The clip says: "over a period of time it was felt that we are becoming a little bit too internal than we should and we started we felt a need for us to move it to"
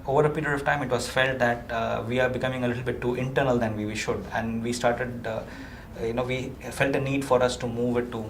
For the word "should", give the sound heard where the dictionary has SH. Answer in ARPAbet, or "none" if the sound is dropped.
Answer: SH